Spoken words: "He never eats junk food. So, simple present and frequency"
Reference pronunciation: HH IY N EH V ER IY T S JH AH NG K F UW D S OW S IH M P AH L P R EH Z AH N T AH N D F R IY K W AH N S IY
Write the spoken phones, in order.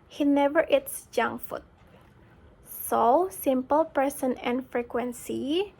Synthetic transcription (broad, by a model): HH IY N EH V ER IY T S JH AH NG F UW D S OW S IH M P AH L P R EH S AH N AH N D F R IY K W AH N S IY